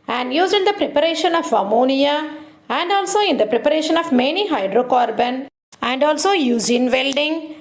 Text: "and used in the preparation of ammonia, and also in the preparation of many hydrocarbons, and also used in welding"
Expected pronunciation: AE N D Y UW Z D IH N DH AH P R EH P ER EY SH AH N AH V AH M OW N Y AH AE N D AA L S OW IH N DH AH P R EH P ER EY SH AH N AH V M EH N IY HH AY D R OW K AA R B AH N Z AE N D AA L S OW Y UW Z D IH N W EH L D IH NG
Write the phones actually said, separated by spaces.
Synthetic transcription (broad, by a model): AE N D Y UW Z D IH N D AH P R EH P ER EY SH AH N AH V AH M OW N Y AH AE N D AA L S OW IH N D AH P R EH P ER EY SH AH N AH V M EH N IY HH AY D R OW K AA R B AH N AE N D AA L S OW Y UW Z IH N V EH L D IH NG